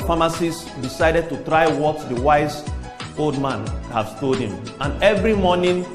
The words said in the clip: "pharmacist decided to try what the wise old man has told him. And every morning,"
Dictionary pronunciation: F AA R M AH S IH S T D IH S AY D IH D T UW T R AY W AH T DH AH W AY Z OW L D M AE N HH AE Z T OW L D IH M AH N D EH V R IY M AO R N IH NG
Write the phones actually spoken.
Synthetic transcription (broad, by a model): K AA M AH S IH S D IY S AY D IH D T UW T R AY W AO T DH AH W AY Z OW L D M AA N HH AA S T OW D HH IH M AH N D EH V R IY M AO N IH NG